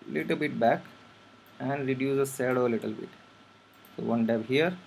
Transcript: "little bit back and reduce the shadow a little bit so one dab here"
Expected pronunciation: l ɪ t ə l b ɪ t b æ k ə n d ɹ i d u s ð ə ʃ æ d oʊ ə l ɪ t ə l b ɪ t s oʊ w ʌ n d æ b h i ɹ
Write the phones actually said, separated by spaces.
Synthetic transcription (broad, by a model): l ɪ t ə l b ɪ t b æ k ə n d ɹ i d u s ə s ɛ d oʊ ə l ɪ t ə l b ɪ t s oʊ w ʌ n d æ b h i ɹ